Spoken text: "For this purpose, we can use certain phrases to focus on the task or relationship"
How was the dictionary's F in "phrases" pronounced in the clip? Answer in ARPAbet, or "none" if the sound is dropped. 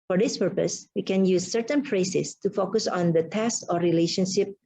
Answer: P